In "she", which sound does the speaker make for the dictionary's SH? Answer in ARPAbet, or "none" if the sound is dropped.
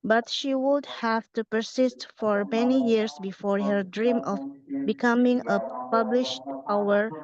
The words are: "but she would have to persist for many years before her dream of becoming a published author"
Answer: SH